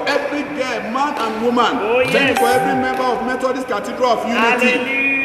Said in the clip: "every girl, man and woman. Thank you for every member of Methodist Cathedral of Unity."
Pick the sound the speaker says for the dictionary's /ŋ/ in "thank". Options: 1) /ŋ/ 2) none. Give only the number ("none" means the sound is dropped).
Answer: 2